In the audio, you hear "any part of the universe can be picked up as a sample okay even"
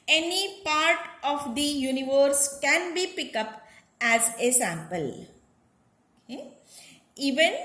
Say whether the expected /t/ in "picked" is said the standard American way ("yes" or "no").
no